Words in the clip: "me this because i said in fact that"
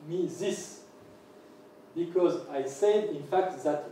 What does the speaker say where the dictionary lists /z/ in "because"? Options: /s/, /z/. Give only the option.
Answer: /z/